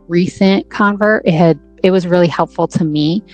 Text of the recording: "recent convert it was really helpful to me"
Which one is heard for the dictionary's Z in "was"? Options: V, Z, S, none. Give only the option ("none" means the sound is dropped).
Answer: Z